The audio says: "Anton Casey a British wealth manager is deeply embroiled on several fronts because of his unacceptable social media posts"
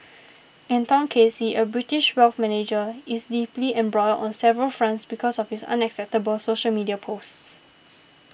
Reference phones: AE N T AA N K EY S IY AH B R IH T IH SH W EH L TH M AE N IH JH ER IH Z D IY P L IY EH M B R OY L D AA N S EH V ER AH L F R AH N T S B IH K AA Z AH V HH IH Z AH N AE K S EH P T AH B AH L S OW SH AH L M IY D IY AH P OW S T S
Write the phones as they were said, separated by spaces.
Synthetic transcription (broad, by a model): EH N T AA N K EY S IY AH B R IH T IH SH W EH L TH M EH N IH JH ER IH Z D IY P L IY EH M B R OY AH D AA N S EH V ER AH L F R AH N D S B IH K AA S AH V HH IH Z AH N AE K S EH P T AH B AH L S OW SH AH L M IY D IY AH P OW S T S